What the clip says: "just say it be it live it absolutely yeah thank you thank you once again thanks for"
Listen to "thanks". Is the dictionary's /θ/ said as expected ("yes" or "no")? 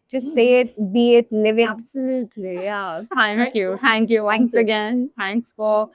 no